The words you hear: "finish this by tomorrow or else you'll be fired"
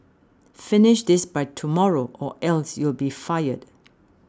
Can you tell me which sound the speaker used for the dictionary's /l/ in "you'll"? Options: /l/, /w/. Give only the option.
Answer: /l/